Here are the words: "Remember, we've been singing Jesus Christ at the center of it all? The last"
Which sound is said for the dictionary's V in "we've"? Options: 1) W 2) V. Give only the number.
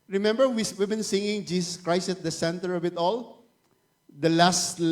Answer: 1